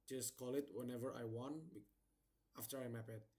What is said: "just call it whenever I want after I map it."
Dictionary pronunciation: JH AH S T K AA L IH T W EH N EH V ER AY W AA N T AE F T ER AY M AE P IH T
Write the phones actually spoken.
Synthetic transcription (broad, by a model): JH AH S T K AA L IH T W EH N EH V ER AY W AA N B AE F T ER AY M AE P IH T